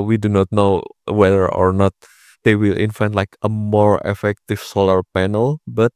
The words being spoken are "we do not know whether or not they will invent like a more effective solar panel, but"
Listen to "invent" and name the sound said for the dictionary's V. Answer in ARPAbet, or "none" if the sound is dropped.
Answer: F